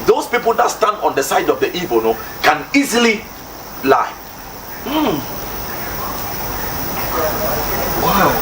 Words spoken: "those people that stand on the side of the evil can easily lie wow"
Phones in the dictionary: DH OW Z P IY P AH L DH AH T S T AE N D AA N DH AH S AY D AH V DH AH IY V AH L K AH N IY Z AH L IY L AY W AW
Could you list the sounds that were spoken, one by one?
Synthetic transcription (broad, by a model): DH OW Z P IY P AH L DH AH T S T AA N D AA N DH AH S AY D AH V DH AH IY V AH N K AH N IY Z AH L IY L AY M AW